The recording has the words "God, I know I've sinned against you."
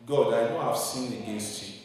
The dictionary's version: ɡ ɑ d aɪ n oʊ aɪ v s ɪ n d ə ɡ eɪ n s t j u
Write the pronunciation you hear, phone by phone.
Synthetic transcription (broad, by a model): ɡ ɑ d aɪ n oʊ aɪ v s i n ə ɡ eɪ n s t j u